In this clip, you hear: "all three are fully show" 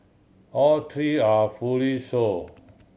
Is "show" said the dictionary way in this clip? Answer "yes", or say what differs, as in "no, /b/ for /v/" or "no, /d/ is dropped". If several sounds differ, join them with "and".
no, /s/ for /ʃ/